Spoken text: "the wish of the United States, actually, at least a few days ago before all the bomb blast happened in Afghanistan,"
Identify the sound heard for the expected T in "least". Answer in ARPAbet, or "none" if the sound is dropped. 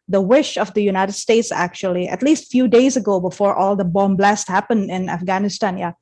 T